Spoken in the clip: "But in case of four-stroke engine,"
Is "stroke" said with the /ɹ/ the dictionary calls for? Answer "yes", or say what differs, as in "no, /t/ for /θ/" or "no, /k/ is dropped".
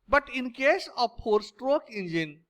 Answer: yes